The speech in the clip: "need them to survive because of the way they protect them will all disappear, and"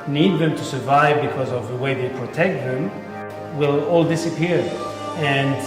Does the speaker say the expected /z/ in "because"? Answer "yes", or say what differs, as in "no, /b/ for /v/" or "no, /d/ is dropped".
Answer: yes